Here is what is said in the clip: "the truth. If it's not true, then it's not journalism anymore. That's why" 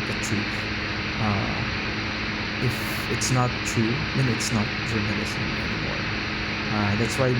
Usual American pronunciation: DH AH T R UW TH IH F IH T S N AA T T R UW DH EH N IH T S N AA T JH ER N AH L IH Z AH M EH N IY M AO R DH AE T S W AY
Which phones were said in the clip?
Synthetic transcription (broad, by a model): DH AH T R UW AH IH F IH T S N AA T T R UW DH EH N IH T S N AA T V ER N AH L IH S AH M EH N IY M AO R DH AE T S W AY